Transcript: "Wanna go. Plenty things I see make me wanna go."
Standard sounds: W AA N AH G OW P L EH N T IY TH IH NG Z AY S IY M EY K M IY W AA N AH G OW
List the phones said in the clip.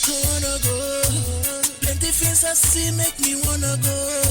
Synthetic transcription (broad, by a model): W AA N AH G OW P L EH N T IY F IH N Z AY S IY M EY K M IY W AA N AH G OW